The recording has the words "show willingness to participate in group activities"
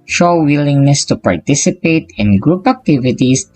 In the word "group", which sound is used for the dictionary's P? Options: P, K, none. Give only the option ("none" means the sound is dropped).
P